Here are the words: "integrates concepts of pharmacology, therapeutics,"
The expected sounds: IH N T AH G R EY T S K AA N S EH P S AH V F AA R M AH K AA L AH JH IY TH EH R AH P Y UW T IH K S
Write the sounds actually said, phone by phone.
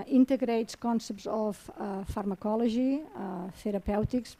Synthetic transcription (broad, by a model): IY N T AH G R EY T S K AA N S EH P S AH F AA R M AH K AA L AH ZH IY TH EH R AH P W T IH K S